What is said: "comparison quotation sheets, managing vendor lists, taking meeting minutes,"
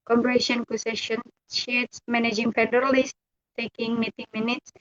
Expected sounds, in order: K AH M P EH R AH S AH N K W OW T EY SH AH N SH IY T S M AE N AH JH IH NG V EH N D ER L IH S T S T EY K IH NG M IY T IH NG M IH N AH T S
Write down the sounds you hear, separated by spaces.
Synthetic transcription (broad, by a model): K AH M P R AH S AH N K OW S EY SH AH N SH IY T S M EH N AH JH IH NG P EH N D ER L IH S S T EY K IH NG M IY T IH NG M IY N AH T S